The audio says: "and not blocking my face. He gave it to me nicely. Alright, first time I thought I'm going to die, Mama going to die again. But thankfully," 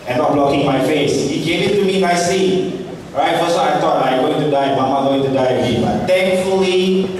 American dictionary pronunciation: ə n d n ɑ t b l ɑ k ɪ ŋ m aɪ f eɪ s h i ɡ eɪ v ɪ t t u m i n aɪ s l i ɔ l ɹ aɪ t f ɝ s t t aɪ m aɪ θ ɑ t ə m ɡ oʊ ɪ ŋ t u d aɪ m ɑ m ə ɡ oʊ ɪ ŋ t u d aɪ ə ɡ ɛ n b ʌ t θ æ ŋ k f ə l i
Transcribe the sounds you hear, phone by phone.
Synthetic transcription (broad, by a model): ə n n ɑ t b l ɑ k ɪ ŋ m aɪ f eɪ s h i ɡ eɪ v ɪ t t u m i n aɪ s i ɹ aɪ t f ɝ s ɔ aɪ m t ɑ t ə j ɡ oʊ ɪ ŋ t u d aɪ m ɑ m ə ɡ oʊ ɪ ŋ t u d aɪ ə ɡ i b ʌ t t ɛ ŋ k f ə l i